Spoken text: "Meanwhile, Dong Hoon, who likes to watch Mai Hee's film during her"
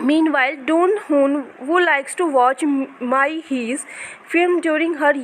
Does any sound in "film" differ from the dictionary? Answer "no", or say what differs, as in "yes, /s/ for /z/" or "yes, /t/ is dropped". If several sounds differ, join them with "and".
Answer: yes, /l/ is dropped